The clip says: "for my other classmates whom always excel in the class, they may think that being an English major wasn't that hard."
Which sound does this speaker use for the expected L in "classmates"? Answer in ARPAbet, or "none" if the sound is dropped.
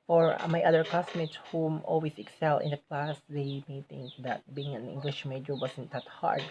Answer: none